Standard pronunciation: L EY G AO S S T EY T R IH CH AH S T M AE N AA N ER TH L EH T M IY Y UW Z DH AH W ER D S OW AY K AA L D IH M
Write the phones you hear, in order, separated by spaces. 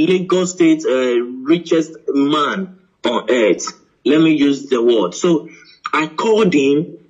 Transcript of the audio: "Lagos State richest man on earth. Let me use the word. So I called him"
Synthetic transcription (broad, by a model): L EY G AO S S T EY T R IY CH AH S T M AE N AA N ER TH L EH T M IY Y UW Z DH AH W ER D S OW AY K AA D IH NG